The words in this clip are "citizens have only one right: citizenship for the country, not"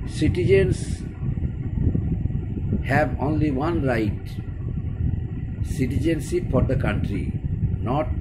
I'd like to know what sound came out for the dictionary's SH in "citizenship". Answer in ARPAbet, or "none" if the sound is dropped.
S